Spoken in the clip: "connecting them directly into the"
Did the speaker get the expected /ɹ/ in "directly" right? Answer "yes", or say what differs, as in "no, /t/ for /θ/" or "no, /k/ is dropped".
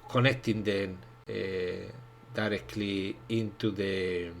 yes